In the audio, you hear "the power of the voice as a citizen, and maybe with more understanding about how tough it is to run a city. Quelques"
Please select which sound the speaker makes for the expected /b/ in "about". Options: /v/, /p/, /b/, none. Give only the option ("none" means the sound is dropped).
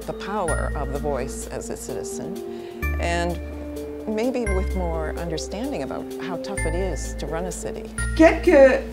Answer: /b/